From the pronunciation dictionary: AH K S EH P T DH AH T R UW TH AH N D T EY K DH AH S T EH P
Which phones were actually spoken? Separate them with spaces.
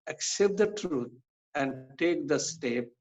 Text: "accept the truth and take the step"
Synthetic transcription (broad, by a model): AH K S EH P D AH T R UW T AH N D T EY K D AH S T EH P